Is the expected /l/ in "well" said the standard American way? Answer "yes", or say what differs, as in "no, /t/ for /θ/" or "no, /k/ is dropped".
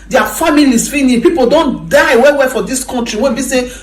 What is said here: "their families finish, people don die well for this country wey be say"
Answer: no, /w/ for /l/